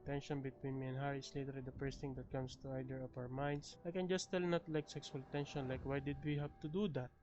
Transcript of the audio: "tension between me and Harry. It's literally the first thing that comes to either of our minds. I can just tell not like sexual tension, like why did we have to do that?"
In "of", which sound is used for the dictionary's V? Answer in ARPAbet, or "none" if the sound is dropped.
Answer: P